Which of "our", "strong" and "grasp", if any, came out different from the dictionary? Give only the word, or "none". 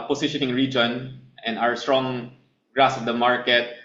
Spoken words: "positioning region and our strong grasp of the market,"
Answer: grasp